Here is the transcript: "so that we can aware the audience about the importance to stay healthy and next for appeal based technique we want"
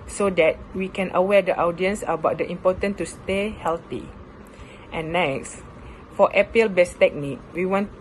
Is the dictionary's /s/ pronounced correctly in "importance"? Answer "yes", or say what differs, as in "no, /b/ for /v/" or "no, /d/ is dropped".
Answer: no, /s/ is dropped